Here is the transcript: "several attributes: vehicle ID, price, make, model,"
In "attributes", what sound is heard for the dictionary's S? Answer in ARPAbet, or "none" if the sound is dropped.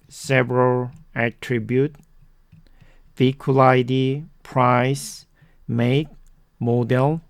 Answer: none